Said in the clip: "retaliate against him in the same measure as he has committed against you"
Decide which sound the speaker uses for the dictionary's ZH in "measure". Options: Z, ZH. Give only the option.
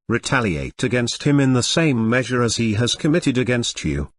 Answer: ZH